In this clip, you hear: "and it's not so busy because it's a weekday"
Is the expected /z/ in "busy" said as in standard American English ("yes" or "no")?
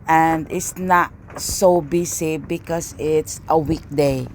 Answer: no